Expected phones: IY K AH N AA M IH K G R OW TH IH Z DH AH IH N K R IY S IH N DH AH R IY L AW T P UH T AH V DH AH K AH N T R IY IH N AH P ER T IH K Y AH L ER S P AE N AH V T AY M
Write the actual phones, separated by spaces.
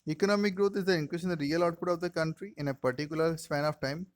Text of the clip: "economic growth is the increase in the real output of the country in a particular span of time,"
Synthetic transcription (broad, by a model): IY K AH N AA M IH K G R OW T IH Z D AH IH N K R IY SH IH N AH R IY L AW T P UH T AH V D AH K AH N T R IY IH N AH P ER T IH K Y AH L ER S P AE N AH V T AY M